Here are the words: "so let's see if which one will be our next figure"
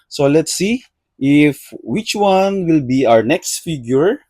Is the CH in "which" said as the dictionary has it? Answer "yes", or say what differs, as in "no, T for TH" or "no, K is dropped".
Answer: yes